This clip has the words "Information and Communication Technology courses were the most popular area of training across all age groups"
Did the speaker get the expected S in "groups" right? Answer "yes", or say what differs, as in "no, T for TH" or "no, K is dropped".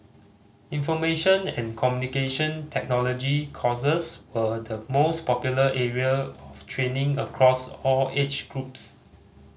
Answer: yes